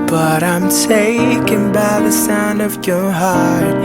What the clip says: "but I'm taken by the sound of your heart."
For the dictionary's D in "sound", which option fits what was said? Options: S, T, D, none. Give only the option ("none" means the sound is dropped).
D